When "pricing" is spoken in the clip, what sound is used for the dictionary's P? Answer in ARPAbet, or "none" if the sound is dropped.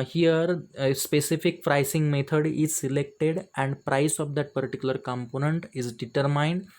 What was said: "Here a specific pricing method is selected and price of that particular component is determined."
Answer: F